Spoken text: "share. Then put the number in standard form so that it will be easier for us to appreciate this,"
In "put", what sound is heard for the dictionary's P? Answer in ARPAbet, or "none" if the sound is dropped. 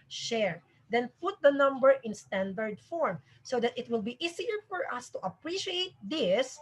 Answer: P